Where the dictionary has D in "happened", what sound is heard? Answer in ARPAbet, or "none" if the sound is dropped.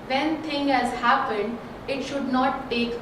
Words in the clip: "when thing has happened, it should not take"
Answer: D